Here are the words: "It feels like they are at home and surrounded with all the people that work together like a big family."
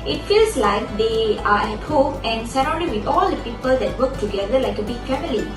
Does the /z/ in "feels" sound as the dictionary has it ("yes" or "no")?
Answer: no